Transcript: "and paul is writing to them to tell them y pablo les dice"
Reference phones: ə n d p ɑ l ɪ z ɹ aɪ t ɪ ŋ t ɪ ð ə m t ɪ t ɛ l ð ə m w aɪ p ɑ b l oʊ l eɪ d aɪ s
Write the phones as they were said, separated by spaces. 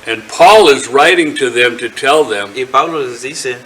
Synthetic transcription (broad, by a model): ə n p ɑ l ɪ z ɹ aɪ t ɪ ŋ t ɪ ð ə m t ɪ t ɛ l ð ə m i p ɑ l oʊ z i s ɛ